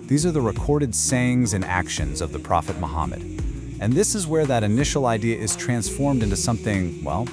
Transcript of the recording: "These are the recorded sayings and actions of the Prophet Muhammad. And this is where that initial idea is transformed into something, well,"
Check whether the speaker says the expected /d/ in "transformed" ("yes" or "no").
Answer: yes